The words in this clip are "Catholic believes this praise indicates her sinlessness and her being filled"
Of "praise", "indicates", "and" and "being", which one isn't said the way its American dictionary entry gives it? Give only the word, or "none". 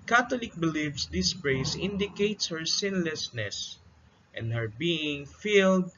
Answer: praise